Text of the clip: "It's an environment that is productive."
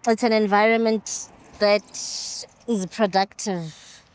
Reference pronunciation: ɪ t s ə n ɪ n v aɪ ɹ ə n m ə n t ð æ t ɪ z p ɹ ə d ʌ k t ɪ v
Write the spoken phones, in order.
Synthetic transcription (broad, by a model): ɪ t s ə n ɪ n v aɪ ɹ ə n m ə n t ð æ t ɪ z p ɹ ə d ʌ k t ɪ v